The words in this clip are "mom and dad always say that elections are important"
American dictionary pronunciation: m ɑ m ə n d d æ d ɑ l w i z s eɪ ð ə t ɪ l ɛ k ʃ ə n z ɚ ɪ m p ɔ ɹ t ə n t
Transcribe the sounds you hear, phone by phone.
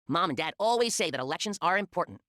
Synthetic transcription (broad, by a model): m ɑ m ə n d d æ d ɑ l w i z s eɪ ð ə t ɪ l ɛ k ʃ ə n z ɚ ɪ m p ɔ ɹ t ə n t